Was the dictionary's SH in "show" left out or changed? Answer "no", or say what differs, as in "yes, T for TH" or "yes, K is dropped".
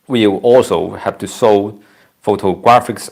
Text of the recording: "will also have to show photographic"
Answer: yes, S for SH